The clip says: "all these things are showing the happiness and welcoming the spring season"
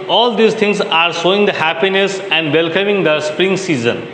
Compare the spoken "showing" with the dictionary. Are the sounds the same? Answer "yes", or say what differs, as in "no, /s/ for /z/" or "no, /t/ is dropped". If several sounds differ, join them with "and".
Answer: no, /s/ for /ʃ/